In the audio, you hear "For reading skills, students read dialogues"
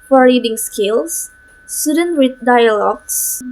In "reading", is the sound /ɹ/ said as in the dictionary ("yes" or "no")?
no